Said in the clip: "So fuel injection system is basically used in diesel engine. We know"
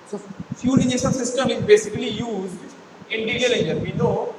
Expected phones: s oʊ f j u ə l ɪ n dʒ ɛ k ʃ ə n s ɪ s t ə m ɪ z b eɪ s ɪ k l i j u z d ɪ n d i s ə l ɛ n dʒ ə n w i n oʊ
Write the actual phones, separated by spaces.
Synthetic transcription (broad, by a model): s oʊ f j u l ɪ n ɛ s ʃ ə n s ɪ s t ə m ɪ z b eɪ s ɪ k l i j u z d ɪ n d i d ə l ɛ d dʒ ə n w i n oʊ